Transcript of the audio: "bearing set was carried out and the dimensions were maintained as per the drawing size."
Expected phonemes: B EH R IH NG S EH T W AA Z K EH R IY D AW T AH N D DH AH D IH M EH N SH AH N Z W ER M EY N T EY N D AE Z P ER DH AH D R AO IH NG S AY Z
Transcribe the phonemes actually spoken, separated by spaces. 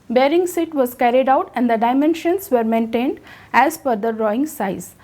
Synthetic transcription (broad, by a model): B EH R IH NG S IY T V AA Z K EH R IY D AW T AH N D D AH D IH M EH N SH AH N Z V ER M EY N T EY N D AE Z F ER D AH D R AO IH NG S AY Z